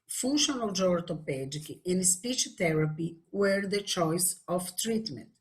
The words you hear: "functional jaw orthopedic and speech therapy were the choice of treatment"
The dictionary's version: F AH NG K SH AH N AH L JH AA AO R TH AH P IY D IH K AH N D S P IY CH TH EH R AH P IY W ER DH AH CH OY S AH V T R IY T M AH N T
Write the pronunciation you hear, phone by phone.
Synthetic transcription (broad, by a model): F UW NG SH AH N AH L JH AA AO R T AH P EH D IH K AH N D S P IY CH T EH R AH P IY W ER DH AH CH OY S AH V T R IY T M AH N T